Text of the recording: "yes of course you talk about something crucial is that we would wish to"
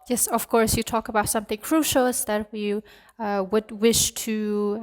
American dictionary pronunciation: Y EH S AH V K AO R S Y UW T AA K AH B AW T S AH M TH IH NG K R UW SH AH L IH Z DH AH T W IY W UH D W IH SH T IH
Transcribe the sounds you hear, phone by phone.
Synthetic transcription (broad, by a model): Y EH S AH V K AO R S Y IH T AA K AH B AW T S AH M TH IH NG K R UW SH L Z DH AH T W IY W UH D W IH SH T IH